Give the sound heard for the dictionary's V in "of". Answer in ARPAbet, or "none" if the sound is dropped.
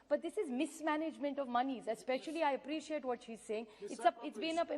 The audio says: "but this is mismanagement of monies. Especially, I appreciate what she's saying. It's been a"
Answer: V